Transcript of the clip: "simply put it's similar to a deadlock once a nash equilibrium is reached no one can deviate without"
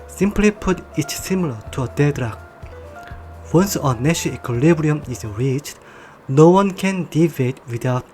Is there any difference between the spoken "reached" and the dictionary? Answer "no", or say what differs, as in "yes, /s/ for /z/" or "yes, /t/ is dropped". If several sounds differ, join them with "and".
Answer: no